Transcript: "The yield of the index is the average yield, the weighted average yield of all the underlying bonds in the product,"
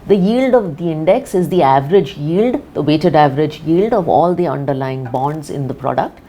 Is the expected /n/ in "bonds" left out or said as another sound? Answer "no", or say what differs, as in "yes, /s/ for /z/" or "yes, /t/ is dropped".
no